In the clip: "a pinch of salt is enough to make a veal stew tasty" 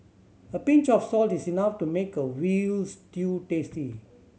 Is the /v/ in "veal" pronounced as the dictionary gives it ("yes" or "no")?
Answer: no